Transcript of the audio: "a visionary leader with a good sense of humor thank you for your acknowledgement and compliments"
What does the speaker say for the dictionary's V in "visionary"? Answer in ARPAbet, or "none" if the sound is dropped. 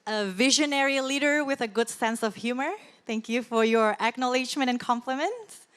V